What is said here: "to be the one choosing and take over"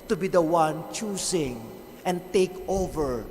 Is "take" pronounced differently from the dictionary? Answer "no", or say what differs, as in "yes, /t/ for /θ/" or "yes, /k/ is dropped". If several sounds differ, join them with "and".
no